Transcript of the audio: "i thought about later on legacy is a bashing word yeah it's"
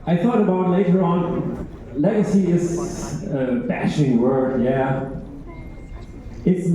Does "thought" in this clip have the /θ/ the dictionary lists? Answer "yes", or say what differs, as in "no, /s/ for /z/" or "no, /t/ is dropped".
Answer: yes